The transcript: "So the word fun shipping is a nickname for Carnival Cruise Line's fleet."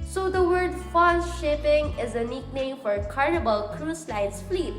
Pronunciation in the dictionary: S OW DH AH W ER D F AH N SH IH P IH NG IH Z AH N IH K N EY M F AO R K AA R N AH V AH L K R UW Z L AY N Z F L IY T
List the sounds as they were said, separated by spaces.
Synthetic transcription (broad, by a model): S OW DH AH W ER D F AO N SH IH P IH NG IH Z AH N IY K N EY M F AO R K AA R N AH B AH L K R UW S L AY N S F L IY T